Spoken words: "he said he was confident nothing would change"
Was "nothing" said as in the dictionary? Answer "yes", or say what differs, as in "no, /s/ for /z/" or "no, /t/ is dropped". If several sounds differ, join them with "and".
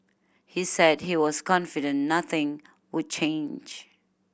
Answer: yes